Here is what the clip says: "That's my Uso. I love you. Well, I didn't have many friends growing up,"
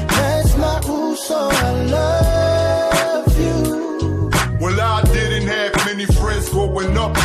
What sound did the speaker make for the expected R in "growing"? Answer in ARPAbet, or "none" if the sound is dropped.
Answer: none